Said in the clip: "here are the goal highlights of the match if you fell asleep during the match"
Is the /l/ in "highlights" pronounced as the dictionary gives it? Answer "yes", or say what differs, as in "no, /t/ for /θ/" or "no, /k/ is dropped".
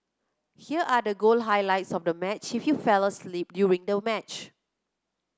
yes